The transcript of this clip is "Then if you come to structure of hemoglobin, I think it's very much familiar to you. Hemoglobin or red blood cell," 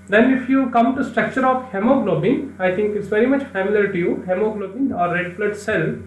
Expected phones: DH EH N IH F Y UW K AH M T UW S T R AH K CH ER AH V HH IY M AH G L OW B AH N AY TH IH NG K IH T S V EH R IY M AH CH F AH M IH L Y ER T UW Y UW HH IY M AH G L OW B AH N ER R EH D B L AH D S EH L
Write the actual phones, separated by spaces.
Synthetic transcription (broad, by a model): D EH N IH F Y UW K AH M T UW S T R AH K CH ER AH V HH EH M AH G L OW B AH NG AY T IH NG K IH T S V EH R IY M AH CH F AH M IH L Y ER T UW Y UW HH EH M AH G L OW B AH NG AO R EH D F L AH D S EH L